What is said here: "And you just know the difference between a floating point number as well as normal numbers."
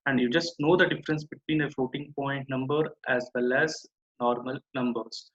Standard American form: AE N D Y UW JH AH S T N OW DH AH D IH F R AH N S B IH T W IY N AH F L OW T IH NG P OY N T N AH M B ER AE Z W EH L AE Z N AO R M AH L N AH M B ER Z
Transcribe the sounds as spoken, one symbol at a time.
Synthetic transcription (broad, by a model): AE N D Y UW JH AH S T N OW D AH D IH F R AH N S B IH T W IY N AH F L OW T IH NG P OY N T N AH M B ER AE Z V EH L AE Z N AO R M AH L N AH M B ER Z